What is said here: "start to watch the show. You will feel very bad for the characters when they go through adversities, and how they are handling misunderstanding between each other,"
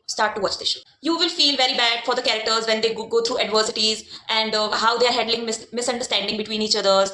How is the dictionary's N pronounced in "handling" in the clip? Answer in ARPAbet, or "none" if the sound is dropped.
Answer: none